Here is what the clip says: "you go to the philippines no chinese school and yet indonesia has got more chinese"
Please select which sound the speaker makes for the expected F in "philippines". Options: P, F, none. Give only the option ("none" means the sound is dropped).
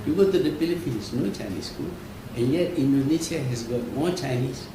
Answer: P